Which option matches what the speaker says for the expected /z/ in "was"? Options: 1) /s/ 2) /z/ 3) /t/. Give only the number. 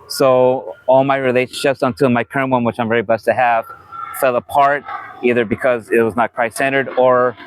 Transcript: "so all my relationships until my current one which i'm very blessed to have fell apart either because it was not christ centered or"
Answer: 2